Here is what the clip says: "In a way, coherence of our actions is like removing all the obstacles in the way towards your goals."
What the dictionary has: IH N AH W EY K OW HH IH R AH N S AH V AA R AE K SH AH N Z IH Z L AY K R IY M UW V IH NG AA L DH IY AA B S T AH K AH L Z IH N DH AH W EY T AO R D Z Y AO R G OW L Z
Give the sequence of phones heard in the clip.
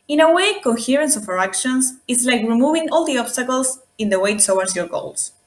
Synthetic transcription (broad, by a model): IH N AH W EY K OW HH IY R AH N S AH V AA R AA K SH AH N S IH S L AY K R IY M UW V IH NG AA L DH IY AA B S T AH K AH L S IH N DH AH W EY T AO W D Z Y AO R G OW L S